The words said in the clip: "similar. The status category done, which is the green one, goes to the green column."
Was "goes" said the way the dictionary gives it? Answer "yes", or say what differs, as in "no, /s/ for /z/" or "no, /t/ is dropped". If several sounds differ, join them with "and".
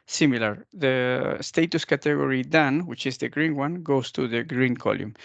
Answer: no, /s/ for /z/